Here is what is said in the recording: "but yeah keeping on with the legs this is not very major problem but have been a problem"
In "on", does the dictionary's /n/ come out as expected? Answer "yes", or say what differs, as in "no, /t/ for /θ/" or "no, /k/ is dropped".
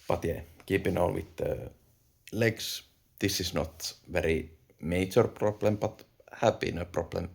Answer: no, /l/ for /n/